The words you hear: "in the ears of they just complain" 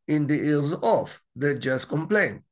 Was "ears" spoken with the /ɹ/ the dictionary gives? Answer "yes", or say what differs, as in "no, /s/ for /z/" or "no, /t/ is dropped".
no, /l/ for /ɹ/